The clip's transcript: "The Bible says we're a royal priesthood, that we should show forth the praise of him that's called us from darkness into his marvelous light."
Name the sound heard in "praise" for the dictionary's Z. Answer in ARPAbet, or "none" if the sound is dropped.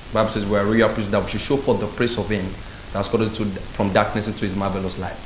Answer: S